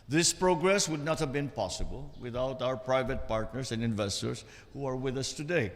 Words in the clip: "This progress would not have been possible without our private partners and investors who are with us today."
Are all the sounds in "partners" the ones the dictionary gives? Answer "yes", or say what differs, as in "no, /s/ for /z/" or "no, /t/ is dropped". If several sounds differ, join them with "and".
no, /s/ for /z/